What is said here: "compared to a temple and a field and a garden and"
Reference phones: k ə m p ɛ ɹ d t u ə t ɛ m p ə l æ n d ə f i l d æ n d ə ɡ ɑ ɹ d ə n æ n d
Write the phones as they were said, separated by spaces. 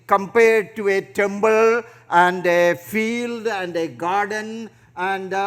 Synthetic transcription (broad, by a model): k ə m p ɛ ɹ d t u ə t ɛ m b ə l æ n d ə f i l d æ n d ə ɡ ɑ ɹ d ə n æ n d